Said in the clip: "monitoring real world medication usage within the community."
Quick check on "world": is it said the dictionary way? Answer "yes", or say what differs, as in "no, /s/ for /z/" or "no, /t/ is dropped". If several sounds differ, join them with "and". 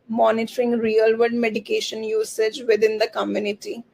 no, /l/ is dropped